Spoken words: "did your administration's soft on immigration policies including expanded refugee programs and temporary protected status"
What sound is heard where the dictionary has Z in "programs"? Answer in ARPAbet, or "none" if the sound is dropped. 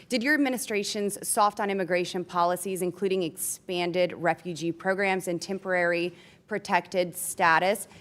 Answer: Z